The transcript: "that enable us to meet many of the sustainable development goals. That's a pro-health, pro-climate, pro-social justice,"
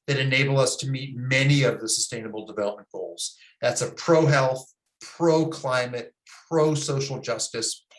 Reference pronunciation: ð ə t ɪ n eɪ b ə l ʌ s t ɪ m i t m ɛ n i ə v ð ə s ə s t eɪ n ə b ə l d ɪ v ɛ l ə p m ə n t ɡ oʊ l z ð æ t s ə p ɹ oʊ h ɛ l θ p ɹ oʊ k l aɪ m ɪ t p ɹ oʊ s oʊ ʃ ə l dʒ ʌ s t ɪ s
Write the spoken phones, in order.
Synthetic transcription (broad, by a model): ð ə t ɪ n eɪ b l ʌ s t ɪ m i t m ɛ n i ə v ð ə s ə s t eɪ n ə b l d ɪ v ɛ l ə p m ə n ɡ oʊ l z ð æ t s ə p ɹ oʊ h ɛ l θ p ɹ oʊ k l aɪ m ɪ t p ɹ oʊ s oʊ ʃ l dʒ ʌ s t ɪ s